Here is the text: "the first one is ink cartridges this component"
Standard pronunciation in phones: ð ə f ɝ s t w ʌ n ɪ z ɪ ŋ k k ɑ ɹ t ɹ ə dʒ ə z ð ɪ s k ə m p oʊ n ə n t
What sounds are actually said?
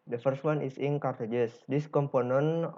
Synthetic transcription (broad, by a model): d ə f ɝ s t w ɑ n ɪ s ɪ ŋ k k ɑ ɹ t ə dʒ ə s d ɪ s k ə m p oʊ n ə n